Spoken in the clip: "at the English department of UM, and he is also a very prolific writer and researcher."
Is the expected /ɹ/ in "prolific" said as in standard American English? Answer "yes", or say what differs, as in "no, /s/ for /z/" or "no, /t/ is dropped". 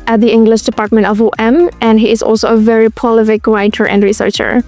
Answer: no, /ɹ/ is dropped